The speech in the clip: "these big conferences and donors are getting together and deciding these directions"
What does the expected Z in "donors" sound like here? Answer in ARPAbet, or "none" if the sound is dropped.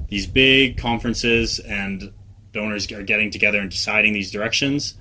Z